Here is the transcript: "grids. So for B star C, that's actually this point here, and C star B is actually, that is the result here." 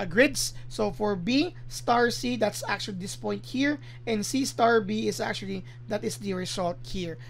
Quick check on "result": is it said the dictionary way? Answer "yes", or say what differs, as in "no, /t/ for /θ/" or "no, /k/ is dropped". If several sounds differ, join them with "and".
no, /s/ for /z/